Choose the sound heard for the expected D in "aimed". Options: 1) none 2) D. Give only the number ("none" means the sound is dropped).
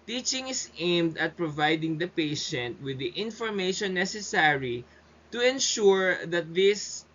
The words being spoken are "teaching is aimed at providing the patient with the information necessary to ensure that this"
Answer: 2